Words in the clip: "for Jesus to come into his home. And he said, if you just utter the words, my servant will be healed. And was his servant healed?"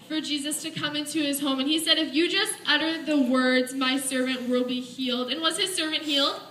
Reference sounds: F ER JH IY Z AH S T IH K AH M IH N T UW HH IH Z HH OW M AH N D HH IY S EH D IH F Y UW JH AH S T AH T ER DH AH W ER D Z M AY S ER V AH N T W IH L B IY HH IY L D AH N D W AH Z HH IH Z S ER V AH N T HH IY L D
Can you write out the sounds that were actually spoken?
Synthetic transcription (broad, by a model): F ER JH IY Z AH S T IH K AH M IH N T UW IH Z HH OW M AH N IY S EH D IH F Y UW JH AH S T AH T ER DH AH W ER D Z M AY S ER V AH N T W IH L B IY HH IY L D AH N W AH Z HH IH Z S ER V AH N T HH IY L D